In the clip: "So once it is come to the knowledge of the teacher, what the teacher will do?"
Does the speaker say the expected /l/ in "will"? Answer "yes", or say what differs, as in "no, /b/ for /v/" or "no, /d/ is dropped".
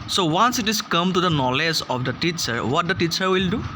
yes